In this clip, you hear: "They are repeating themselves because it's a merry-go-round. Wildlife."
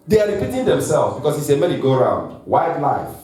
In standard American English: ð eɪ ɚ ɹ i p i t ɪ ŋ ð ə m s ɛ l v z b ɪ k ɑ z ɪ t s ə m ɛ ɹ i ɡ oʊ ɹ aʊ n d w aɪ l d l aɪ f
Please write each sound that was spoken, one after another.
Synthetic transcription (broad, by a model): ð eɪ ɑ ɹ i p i t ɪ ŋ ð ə m s ɛ l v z b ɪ k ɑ s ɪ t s ə m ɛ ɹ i ɡ oʊ ɹ aʊ n d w aɪ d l aɪ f